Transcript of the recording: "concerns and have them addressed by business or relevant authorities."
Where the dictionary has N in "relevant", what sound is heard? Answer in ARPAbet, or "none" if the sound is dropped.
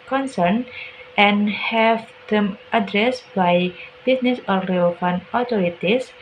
none